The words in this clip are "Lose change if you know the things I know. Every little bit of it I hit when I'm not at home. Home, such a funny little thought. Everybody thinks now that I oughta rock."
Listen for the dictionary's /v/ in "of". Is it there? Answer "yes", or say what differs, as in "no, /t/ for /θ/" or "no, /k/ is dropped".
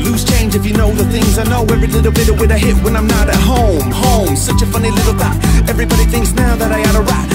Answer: no, /w/ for /v/